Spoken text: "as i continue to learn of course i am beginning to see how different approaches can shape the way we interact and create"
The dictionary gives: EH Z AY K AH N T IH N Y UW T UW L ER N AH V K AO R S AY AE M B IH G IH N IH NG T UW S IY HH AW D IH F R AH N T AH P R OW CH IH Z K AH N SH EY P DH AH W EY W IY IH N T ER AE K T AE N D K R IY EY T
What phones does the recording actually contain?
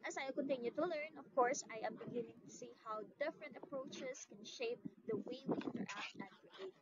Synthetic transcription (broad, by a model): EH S AY K AH N T IH N Y UW T UW L ER N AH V K AO R S AY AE M B IH G IH N IH NG T UW S IY HH AW D IH F R AH N T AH P R OW CH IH S K AH N SH EY P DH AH W EY W IY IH N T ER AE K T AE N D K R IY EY